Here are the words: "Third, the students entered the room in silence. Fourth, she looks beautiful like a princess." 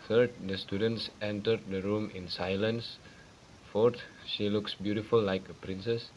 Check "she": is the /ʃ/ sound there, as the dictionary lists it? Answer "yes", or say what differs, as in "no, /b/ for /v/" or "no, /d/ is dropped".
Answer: yes